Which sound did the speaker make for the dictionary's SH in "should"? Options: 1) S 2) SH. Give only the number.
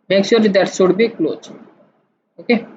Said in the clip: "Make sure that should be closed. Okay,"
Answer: 1